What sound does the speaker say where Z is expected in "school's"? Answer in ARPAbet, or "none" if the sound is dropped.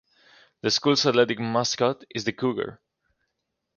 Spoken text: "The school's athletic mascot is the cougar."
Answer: S